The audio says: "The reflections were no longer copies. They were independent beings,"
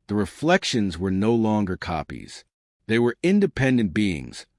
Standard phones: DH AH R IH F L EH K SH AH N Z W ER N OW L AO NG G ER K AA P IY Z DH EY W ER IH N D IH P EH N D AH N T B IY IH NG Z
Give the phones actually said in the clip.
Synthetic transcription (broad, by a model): DH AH R IH F L EH K SH AH N Z W ER N OW L AO NG G ER K AA P IY Z DH EY W ER IH N D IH P EH N D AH N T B IY IH NG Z